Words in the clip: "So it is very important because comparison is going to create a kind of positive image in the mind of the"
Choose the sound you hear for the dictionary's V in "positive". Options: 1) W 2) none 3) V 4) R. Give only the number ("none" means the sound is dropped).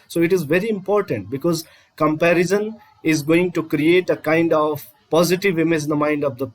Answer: 3